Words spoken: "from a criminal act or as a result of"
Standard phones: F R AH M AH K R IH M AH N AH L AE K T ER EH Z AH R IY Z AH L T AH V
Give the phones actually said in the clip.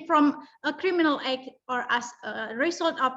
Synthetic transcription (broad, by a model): F R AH M AH K R IH M AH N AH L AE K ER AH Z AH R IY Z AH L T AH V